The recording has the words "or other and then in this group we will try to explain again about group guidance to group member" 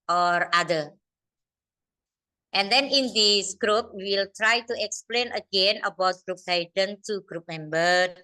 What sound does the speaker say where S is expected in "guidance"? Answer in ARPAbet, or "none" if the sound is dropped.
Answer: none